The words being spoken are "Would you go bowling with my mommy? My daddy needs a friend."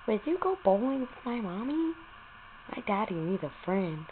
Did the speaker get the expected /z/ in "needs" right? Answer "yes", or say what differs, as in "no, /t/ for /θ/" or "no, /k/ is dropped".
no, /z/ is dropped